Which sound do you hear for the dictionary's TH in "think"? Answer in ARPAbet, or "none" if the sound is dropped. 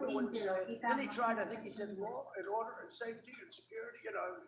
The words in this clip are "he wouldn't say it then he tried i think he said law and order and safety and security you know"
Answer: TH